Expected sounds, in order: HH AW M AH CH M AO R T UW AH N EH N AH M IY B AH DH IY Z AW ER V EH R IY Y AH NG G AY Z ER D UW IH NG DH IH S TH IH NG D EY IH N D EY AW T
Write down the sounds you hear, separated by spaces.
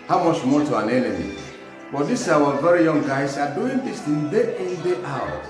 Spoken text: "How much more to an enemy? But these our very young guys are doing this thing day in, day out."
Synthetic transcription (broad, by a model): HH AW M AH CH M AO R T UW AH N EH N AH M IY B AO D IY S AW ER V EH R IY Y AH NG G AY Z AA D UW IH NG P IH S T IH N D EY IH N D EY AW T